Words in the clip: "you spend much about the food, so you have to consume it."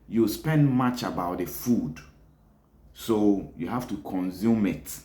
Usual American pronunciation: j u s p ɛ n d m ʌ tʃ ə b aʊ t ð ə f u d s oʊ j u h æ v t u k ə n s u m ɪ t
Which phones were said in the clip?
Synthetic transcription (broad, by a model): j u s p ɛ n d m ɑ tʃ ə b aʊ t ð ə f u d s oʊ j u h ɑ f t u k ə n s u m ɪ t